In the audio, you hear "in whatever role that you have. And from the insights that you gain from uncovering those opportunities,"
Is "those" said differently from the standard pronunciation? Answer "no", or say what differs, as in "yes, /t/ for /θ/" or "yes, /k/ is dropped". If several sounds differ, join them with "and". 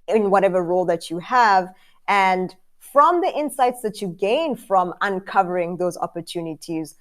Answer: no